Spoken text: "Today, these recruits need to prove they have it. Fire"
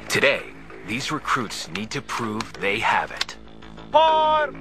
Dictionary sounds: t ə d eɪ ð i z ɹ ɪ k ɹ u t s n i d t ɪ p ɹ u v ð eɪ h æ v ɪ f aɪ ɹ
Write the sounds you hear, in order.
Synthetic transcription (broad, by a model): t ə d eɪ ð i z ɹ ɪ k ɹ u t s n i d t ɪ p ɹ u v ð eɪ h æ v ɪ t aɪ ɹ